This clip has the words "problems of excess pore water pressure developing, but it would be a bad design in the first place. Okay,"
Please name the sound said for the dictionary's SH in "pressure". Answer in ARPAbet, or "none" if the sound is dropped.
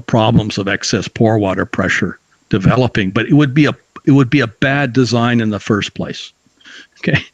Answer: SH